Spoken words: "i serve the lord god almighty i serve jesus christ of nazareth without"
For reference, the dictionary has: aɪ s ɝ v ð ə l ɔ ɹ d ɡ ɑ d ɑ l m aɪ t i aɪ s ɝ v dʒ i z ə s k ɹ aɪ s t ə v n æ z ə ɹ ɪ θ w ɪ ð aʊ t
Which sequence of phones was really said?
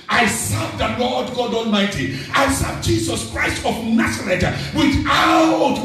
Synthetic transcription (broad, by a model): aɪ s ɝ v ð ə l ɔ d ɡ ɑ d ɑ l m aɪ t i aɪ s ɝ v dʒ i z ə s k ɹ aɪ s t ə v n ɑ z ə ɹ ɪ t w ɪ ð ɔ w